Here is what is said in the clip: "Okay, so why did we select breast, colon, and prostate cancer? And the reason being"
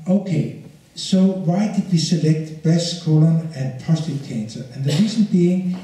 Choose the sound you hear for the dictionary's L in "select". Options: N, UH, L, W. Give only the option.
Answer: L